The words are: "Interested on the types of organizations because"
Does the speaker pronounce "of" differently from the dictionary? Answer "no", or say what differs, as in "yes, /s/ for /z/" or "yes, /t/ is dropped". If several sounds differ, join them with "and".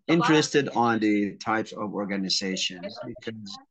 no